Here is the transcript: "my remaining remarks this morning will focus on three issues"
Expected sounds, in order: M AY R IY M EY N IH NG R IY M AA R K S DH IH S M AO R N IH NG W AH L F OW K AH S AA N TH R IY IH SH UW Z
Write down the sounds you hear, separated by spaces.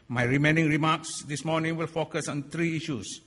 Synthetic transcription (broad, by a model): M AY R IY M EY N IH NG R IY M AA K S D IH S M AO N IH NG W AH L F OW K AH S AA N T R IY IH SH UW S